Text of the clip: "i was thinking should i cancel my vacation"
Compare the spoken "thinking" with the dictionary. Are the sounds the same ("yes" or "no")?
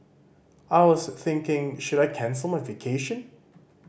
yes